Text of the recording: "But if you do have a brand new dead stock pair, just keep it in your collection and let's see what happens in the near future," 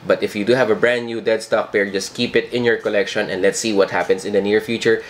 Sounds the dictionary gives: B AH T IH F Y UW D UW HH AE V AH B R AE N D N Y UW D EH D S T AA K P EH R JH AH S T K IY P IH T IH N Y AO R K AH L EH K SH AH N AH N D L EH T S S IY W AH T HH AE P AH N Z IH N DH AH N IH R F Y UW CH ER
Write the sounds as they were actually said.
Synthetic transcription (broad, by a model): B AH T IH F Y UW D UW HH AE V AH B R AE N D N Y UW D EH D S T AA K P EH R JH AH S T K IY P IH T IH N Y AO R K AH L EH K SH AH N AH N D L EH T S S IY W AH T HH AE P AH N S IH N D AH N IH R F Y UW CH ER